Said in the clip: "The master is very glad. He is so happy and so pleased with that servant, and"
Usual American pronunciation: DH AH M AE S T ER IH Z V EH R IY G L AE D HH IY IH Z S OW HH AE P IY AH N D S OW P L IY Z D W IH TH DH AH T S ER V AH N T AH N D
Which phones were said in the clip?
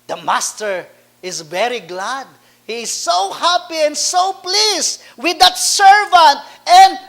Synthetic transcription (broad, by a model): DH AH M AE S T ER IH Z V EH R IY G L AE D HH IY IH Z S OW HH AE P IY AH N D S OW P L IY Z W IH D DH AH T S ER V AH N T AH N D